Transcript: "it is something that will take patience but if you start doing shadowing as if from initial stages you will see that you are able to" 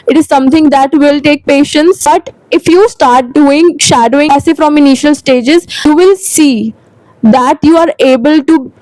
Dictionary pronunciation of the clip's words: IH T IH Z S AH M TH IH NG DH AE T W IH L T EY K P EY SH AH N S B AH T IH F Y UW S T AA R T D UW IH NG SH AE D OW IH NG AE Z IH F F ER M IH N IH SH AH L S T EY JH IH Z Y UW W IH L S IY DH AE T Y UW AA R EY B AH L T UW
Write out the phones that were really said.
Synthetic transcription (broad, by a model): IH T IH Z S AH M T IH NG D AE T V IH L T EY K P EY SH AH N S B AH T IH F Y UW S T AA R T D UW IH NG SH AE D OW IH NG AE S IH F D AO M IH N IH SH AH L S T EY JH IH Z Y UW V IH L S IY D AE T Y UW AA R EY B AH L T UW